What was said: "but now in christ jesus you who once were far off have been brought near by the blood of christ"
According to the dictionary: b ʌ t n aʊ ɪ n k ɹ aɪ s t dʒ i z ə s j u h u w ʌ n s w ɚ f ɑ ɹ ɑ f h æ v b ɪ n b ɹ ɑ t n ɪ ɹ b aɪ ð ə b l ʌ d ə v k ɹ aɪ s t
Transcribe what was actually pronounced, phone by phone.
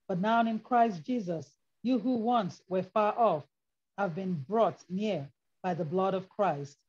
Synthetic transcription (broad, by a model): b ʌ t n aʊ ɪ n k ɹ aɪ s t dʒ i z ə s j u h u w ʌ n s w ɚ f ɑ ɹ ɑ f h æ v b ɪ n b ɹ ɑ t n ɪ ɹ b aɪ ð ə b l ʌ d ə v k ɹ aɪ s t